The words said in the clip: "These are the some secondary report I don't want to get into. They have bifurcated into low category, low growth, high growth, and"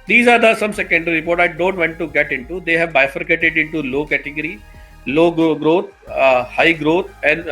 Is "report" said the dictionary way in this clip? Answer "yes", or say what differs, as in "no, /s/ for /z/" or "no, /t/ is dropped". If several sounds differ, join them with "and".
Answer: yes